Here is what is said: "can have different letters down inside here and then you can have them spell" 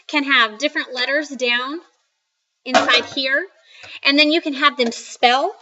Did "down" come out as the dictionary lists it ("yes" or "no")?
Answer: yes